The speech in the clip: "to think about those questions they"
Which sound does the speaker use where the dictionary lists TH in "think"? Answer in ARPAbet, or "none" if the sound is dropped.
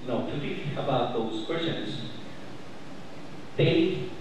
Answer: T